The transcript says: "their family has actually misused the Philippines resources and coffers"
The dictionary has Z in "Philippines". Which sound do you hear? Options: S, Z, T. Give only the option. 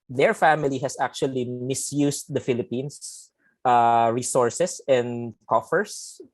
S